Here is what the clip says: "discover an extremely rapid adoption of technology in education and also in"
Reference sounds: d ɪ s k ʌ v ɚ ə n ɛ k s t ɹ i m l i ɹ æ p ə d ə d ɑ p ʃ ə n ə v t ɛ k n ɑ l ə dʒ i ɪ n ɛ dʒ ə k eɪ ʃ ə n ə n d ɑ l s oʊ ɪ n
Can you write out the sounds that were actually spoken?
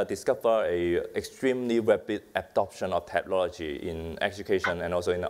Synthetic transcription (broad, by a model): d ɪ s k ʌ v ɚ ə ɛ k s t ɹ i m l i ɹ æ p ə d ə d ɑ p ʃ ə n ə f t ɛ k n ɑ l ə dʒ i ɪ n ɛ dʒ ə k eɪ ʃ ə n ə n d ɑ l s oʊ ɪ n